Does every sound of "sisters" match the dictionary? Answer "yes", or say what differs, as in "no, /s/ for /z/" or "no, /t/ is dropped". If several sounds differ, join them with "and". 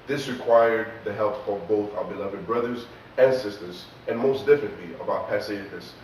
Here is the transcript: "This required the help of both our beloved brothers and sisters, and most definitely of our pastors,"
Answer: yes